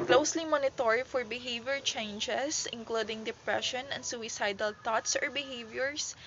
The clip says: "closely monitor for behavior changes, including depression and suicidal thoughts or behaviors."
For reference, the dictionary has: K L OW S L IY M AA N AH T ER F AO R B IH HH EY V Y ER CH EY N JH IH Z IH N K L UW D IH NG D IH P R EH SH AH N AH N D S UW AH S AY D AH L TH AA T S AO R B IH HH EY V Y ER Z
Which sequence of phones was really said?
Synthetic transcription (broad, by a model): K L OW S L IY M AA N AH T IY F AO R B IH HH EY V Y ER CH EY N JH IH S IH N K L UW D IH NG D IH P R EH SH AH N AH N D S UW AH S AY D AH L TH AA T S AO R B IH HH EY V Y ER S